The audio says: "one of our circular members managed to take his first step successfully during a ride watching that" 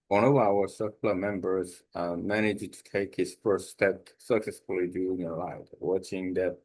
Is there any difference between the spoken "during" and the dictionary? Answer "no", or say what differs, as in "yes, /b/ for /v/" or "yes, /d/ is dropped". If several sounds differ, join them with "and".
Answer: yes, /ɹ/ is dropped